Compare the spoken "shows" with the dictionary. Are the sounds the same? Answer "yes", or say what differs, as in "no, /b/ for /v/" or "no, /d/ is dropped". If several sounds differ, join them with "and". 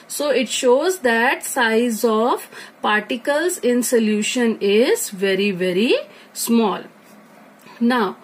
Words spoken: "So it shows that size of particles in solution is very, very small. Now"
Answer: yes